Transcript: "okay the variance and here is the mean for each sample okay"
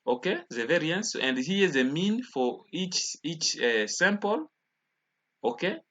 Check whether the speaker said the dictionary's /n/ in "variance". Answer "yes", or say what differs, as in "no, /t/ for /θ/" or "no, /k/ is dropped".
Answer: yes